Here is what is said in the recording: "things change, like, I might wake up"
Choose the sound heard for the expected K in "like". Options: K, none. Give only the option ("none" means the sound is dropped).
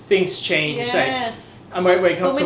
none